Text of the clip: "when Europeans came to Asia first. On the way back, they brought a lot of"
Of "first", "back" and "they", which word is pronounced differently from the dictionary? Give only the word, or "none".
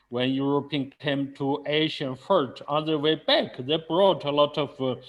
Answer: first